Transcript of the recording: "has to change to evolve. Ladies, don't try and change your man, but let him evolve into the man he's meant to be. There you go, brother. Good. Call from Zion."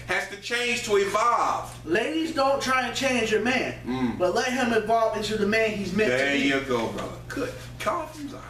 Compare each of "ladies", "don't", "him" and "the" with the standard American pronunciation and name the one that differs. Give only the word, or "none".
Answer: none